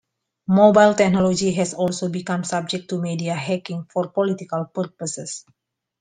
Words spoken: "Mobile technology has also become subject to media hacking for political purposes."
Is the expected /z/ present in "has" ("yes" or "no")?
no